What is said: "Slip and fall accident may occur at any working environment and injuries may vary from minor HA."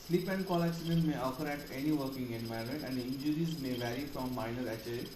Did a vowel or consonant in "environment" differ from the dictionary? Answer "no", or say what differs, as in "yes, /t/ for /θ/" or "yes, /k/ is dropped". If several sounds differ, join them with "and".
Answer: yes, /ɹ/ is dropped